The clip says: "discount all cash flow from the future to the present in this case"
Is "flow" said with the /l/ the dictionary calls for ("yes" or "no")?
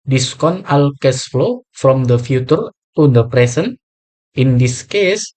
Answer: yes